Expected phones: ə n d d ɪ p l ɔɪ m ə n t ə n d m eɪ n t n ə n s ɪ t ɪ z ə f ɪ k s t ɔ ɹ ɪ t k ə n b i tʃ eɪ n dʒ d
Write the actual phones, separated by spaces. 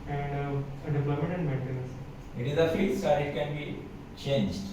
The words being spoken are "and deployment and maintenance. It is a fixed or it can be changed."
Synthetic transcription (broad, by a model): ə n d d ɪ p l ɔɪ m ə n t ə n d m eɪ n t ə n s ɪ t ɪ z ə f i s ɔ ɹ ɪ t k ə n b i tʃ eɪ n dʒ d